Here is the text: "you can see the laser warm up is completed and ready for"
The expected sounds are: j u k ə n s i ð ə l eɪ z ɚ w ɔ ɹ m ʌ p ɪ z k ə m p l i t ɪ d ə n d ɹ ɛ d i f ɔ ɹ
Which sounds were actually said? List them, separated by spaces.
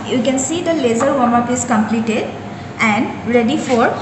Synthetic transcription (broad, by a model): j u k ə n s i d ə l eɪ z ɚ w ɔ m ʌ p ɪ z k ə m p l i t ɪ d ə n d ɹ ɛ d i f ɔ ɹ